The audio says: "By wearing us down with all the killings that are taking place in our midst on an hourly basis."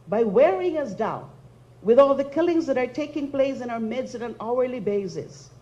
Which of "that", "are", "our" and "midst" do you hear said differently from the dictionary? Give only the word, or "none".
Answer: midst